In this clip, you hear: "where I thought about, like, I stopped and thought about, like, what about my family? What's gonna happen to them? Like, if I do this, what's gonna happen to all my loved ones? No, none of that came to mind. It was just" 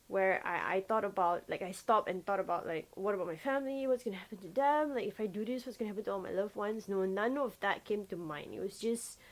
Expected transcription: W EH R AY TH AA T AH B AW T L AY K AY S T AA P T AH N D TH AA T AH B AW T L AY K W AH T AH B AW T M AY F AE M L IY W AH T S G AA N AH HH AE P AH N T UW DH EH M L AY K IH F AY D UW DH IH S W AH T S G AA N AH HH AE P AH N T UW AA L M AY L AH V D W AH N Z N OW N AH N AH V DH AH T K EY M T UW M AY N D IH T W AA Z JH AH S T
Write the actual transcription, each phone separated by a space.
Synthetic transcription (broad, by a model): W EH R AY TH AA T AH B AW T L AY K AY S T AA P AH N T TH AA T AH B AW T L AY K W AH T AH B AW T M AY F AE M L IY W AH T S G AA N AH HH AE P AH N T UW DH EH M L AY K IH F AY D UW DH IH S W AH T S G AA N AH HH AE P AH N T UW AA L M AY L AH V W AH N S N OW N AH N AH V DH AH T K EY M T UW M AY N IH T W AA S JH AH S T